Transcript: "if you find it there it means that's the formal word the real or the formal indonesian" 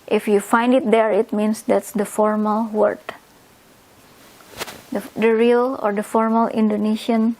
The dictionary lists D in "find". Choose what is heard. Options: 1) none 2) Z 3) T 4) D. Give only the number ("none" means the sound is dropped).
4